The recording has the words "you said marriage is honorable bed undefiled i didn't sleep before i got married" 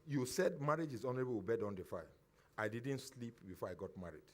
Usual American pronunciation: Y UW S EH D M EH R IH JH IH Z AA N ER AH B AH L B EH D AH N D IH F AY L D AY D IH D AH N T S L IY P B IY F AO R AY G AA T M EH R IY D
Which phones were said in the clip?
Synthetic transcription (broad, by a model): Y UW S EH D M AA R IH JH IH Z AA N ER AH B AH W B EH D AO N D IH F AY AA AY D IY D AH N T S L IY P B IY F AO AY G AA T M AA R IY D